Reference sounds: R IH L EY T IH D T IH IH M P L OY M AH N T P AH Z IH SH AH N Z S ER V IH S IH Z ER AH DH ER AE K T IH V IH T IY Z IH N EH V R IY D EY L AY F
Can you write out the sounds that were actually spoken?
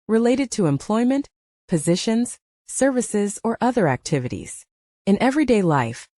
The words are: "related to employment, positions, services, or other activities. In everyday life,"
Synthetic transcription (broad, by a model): R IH L EY T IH D T IH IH M P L OY M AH N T P AH Z IH SH AH N Z S ER V IH S IH Z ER AH DH ER AE K T IH V IH T IY Z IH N EH V R IY D EY L AY F